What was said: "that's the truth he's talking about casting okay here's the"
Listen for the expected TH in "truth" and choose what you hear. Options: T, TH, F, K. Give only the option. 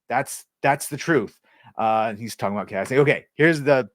TH